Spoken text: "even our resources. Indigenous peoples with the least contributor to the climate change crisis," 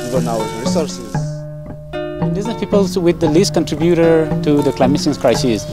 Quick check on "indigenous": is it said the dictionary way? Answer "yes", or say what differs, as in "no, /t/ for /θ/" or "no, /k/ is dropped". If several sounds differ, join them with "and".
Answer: no, /s/ is dropped